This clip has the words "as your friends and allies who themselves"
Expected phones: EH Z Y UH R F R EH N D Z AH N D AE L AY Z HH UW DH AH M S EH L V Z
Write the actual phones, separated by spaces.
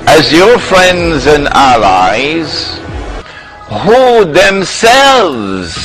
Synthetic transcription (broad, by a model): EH Z Y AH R F R EH N D Z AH N AE L AY Z HH UW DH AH M S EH L V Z